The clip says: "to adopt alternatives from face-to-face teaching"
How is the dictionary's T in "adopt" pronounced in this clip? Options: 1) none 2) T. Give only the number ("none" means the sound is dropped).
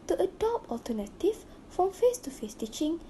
1